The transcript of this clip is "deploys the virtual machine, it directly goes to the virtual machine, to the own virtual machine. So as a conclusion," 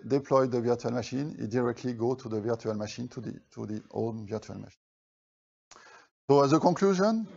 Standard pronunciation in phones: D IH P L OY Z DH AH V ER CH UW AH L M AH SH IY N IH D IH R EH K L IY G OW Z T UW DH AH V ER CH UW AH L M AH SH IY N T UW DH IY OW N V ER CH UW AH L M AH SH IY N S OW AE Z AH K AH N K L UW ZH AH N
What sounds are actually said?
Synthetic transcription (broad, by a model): D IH P L OY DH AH V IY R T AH L M AH SH IY N IH D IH R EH K L IY G OW T UW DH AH V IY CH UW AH L M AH SH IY N T UW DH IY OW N V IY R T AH L M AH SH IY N S OW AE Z AH K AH K L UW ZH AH N